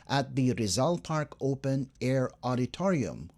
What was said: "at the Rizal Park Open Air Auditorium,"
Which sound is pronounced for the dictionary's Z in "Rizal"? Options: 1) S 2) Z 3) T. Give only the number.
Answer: 2